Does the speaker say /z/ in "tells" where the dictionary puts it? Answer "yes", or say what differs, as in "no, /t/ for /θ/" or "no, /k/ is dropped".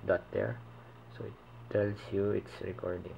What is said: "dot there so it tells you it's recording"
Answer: no, /s/ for /z/